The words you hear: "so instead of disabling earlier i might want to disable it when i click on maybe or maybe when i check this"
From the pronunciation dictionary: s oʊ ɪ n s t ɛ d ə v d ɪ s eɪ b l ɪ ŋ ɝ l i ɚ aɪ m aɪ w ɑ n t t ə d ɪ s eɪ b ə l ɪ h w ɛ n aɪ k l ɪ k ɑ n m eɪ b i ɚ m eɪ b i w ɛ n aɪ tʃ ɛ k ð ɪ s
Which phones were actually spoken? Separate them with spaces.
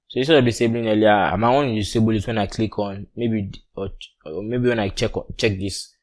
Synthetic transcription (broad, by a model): s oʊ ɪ s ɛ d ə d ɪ s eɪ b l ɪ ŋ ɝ l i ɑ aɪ m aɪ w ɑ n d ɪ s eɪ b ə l ɪ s w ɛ n aɪ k l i k ɑ n m eɪ b i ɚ m eɪ b i w ɛ n aɪ tʃ ɛ k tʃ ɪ s